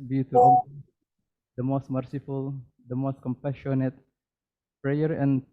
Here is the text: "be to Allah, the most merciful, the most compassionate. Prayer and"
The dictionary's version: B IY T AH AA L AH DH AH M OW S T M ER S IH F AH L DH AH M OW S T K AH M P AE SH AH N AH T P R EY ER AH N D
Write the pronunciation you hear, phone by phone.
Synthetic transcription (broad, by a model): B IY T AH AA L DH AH M OW S T M ER S IH F AH L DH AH M OW S T K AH M P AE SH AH N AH T P R EY ER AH N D